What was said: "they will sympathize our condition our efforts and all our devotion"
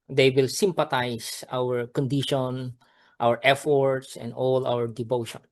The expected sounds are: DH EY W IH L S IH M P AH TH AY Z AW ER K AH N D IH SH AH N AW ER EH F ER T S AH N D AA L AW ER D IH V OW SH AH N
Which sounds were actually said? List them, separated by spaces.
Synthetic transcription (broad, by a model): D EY W IH L S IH M P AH T AY S AW ER K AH N D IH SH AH N AW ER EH F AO T S AH N D AA L AW ER D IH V OW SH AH N